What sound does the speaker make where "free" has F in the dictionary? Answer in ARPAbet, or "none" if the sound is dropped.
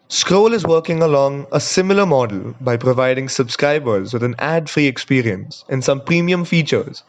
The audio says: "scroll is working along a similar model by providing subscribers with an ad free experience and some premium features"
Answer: F